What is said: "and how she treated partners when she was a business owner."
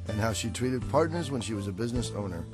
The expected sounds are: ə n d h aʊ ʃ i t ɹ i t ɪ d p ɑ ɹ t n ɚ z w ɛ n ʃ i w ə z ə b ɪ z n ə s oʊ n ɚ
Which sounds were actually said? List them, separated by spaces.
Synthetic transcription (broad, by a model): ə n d h aʊ ʃ i t ɹ i t ɪ d p ɑ ɹ t n ɚ z w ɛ n ʃ i w ə z ə b ɪ z n ə s oʊ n ɚ